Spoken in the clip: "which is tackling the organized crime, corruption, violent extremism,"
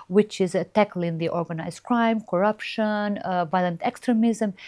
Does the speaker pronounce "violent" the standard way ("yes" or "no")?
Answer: yes